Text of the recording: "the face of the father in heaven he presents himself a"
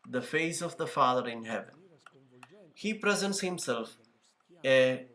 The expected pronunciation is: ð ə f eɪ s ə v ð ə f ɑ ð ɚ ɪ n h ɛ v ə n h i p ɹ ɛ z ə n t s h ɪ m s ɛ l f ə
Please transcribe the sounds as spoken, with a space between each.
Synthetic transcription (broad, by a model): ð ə f eɪ s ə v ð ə f ɑ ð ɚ ɪ n h ɛ v ə n h i p ɹ ɛ z ə n t s h ɪ m s ɛ l f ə